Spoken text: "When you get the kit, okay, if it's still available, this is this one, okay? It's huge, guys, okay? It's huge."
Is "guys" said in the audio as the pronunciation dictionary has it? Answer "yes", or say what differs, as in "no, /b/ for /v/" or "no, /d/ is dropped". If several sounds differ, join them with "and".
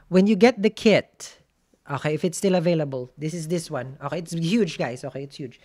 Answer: no, /s/ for /z/